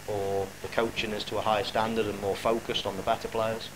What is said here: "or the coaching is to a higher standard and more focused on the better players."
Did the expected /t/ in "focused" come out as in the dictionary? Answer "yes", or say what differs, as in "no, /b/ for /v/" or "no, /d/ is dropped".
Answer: yes